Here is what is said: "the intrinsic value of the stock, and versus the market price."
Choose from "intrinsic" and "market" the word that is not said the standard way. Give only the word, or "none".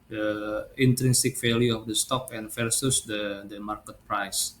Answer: none